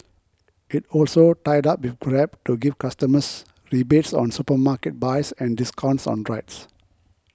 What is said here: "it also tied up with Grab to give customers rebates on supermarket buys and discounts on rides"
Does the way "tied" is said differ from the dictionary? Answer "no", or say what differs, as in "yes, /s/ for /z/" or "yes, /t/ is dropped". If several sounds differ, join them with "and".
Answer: no